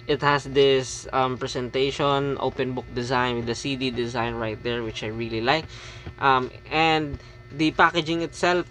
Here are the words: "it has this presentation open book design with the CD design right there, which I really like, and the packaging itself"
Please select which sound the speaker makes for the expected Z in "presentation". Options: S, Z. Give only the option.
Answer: S